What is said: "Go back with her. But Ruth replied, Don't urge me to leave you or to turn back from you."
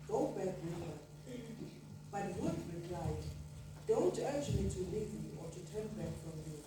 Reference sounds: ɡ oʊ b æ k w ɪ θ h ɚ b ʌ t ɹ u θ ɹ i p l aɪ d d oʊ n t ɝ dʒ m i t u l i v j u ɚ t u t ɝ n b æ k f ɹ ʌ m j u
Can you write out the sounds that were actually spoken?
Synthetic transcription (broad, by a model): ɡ oʊ b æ k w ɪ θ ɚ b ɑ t w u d ɹ i p l aɪ d d oʊ n t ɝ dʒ m i t u l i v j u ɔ t u t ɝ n b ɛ k f ɹ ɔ m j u